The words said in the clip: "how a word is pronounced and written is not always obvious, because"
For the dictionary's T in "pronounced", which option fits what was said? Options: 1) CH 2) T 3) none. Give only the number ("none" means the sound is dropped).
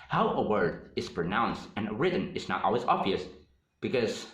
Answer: 2